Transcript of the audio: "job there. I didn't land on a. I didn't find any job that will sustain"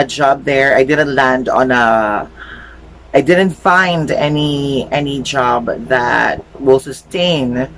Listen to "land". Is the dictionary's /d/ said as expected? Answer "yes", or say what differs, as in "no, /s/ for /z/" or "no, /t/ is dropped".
yes